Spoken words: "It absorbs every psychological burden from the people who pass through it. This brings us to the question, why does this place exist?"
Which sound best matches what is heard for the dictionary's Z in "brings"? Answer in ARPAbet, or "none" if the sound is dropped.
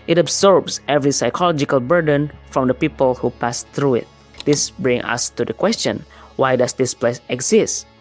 none